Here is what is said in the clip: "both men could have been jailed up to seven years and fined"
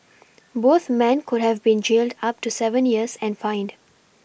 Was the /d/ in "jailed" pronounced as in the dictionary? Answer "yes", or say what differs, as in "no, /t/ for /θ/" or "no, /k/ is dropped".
yes